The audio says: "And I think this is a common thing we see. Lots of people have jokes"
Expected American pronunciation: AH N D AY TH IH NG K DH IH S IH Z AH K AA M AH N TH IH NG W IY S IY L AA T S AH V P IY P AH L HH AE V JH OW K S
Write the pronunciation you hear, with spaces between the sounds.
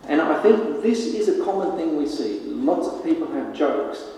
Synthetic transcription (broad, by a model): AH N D AY TH IH NG K DH IH S IH Z AH K AA M AH N TH IH NG W IY S IY L AA T S AH V P IY P AH L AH V JH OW K S